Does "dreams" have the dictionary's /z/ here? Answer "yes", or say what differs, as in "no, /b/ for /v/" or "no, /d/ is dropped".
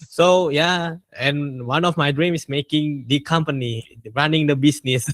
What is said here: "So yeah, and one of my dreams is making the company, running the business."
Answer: no, /z/ is dropped